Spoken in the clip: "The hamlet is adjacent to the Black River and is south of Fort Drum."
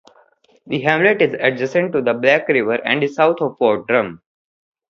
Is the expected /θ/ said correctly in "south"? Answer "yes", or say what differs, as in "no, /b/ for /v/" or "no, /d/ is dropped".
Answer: no, /t/ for /θ/